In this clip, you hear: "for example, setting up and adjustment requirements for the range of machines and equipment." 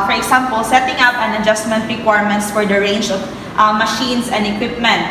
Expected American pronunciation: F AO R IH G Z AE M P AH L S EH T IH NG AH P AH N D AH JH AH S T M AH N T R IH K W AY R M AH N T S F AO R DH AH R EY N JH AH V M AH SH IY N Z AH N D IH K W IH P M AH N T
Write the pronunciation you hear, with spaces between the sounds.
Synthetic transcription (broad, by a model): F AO R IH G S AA M P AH L S EH T IH NG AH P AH N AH JH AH S T M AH N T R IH K W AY R M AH N T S F AO R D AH R EY N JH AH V M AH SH IY N S AH N D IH K W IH P M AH N T